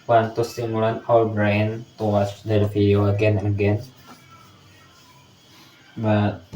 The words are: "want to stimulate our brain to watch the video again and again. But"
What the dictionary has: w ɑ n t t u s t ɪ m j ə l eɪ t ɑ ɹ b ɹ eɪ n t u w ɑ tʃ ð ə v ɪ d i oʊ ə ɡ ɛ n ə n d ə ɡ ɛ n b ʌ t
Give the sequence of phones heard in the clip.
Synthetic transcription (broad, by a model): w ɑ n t t u s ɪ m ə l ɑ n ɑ l b ɹ eɪ n t u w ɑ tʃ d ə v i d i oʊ ə ɡ ɛ n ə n ə ɡ ɛ n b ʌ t